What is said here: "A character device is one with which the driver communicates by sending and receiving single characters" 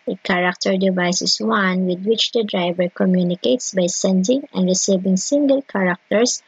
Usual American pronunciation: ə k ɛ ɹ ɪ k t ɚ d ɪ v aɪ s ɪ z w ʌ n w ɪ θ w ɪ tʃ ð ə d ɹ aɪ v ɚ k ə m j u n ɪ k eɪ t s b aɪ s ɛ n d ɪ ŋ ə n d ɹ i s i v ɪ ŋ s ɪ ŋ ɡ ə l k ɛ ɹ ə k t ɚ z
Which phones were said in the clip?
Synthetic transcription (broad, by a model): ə k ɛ ɹ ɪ k t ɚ d ɪ v aɪ s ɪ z w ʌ n w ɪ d w ɪ tʃ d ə d ɹ aɪ v ɚ k ə m j u n ɪ k eɪ t s b aɪ s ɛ n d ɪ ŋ ə n d ɹ i s i v ɪ ŋ s ɪ ŋ ɡ ə l k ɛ ɹ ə k t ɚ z